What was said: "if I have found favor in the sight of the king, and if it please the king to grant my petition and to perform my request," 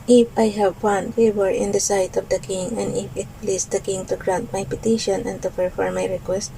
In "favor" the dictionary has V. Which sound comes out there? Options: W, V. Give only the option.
W